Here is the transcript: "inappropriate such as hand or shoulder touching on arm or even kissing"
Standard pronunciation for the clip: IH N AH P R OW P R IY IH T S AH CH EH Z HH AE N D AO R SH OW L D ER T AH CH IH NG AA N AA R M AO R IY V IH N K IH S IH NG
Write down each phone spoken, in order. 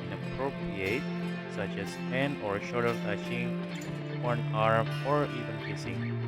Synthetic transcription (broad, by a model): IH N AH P R OW P R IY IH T S AH CH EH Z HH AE N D AO R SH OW D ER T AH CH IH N AA N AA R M AO R IY V IH N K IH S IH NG